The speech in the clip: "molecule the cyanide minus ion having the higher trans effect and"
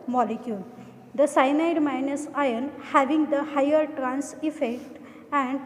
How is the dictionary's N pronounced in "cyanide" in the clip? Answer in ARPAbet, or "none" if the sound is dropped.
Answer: N